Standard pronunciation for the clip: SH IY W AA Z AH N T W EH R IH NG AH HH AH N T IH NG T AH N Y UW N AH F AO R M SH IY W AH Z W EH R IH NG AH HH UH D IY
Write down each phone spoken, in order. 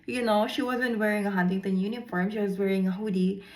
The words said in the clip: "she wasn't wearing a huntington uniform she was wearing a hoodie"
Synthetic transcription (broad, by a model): SH IY W AA Z AH N T W EH R IH NG AH HH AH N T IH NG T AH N Y UW N AH F AO R M SH IY W AH Z W EH R IH NG AH HH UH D IY